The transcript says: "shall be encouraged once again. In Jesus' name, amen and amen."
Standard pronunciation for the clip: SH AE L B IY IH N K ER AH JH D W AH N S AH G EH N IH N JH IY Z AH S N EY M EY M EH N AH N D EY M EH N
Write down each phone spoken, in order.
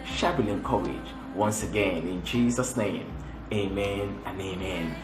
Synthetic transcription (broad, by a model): SH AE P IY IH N K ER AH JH W AH N S AH G EH N IH N JH IY Z AH S N EY M EY M EH N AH N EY M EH N